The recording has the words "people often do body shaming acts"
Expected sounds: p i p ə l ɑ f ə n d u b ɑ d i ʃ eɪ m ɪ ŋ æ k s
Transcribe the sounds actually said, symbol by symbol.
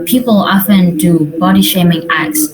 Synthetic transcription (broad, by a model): p i p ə l ɑ f ə n d u b ɑ d i ʃ eɪ m ɪ ŋ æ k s